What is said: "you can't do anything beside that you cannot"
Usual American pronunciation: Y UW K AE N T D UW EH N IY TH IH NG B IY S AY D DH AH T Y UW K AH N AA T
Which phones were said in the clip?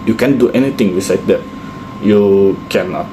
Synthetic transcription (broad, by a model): Y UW K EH N D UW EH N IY T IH NG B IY S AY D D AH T Y UW K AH N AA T